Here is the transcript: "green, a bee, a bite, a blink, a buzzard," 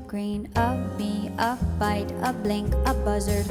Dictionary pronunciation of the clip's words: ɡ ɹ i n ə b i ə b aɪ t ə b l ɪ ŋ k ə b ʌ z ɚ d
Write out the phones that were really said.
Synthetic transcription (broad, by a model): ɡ ɹ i n ə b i ə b aɪ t ə b l ɪ ŋ k ə b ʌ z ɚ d